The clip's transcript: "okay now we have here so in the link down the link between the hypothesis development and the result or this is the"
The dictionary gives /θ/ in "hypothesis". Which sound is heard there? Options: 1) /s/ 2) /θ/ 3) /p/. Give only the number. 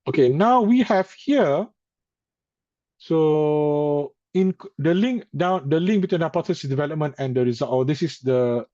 1